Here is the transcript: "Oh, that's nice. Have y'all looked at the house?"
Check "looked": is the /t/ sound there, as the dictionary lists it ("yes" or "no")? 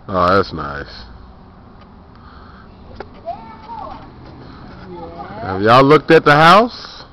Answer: yes